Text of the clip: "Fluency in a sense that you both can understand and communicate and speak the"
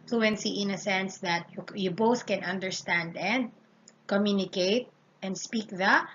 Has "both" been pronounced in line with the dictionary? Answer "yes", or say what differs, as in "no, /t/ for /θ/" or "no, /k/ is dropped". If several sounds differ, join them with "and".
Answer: yes